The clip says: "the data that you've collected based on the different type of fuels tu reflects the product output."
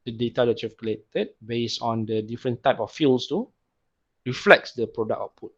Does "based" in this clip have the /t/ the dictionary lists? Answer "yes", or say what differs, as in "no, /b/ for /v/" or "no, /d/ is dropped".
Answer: no, /t/ is dropped